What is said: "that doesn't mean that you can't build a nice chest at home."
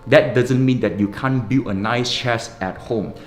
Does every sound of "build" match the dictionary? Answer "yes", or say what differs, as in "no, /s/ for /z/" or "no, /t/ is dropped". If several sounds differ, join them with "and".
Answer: no, /d/ is dropped